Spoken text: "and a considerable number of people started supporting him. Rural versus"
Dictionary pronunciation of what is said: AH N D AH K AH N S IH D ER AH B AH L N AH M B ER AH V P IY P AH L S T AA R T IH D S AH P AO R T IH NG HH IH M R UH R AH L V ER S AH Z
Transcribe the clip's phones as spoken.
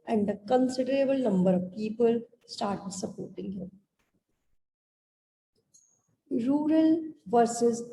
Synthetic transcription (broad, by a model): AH N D AH K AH N S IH D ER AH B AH L N AH M B ER AH V P IY P AH L S T AA R T IH D S AH P AO R T IH NG HH IH M R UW R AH L V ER S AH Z